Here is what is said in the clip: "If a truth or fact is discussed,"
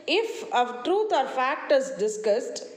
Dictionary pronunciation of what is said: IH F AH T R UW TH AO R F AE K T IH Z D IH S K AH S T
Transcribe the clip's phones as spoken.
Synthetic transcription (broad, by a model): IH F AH T R UW T AO R F AE K T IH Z D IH S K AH S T